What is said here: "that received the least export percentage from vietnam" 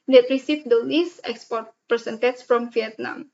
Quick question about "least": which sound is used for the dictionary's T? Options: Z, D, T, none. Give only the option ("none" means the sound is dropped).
none